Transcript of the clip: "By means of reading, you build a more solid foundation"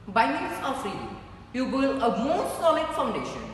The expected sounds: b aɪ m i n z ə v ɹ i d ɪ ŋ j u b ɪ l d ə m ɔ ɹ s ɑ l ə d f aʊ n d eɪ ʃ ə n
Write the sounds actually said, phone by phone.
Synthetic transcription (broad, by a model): b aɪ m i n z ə f ɹ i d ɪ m j u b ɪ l ə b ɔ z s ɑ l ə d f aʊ n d eɪ ʃ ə n